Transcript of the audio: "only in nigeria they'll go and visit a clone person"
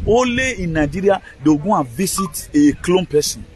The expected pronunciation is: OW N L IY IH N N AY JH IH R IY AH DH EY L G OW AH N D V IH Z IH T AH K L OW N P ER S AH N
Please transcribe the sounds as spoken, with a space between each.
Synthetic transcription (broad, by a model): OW L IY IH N N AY JH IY R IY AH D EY G OW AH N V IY S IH T AH K L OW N P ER S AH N